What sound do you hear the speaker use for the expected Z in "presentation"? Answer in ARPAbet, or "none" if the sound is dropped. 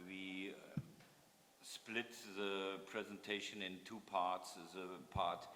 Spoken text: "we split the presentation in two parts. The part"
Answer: Z